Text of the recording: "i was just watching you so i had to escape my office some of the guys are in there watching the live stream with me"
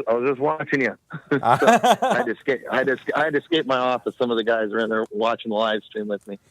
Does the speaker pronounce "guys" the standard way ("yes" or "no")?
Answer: yes